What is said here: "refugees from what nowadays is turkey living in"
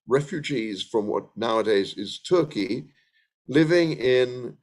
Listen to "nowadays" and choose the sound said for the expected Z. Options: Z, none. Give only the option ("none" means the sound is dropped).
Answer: Z